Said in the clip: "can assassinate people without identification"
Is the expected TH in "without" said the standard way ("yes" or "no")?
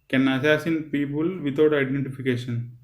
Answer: no